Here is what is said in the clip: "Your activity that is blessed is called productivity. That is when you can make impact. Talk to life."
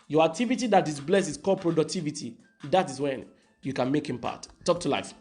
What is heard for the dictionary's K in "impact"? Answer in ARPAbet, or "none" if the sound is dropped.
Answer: none